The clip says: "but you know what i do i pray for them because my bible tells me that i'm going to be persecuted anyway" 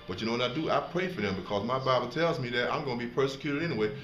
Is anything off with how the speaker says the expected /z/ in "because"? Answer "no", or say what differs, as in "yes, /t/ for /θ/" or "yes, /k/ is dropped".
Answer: no